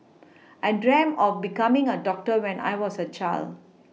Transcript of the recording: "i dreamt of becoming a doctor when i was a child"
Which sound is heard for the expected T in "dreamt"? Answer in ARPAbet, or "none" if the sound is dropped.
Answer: none